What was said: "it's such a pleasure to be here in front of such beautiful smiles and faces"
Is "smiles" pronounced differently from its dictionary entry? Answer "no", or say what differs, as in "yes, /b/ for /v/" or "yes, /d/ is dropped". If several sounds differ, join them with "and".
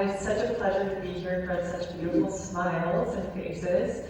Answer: no